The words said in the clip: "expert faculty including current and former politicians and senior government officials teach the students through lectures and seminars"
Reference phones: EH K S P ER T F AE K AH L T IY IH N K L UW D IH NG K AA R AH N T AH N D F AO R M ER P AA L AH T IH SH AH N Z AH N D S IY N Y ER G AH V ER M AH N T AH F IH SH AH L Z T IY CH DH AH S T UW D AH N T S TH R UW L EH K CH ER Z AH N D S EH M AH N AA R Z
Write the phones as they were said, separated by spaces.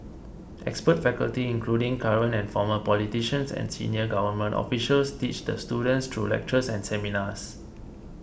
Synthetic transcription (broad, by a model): EH K S P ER T F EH K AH L T IY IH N K L UW D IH NG K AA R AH N AH N F AO M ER P AA L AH T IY SH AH N S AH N S IY N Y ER G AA V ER M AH N T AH F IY SH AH L S T IY CH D AH S T UW D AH N T S T R UW L EH K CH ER S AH N S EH M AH N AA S